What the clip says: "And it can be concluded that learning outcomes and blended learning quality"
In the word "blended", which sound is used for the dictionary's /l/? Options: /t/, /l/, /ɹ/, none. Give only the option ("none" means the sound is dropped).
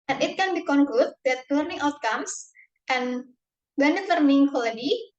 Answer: none